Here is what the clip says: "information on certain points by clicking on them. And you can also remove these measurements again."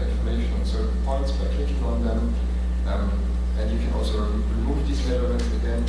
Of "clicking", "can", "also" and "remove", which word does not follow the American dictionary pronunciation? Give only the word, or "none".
clicking